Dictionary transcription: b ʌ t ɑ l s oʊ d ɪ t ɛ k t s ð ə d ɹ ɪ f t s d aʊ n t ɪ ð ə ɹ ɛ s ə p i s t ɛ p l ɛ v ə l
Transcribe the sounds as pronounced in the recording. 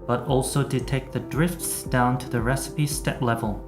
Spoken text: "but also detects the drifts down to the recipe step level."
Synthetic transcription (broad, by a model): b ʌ t ɑ l s oʊ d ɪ t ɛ k ð ə d ɹ ɪ f t s d aʊ n t ɪ ð ə ɹ ɛ s ə p i s t ɛ p l ɛ v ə l